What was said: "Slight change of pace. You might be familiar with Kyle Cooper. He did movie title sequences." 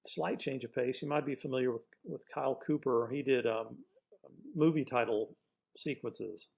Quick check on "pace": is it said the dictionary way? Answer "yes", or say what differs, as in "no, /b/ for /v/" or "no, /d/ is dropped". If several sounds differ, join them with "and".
yes